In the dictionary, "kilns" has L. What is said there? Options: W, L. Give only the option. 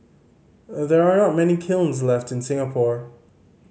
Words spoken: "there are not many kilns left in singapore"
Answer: L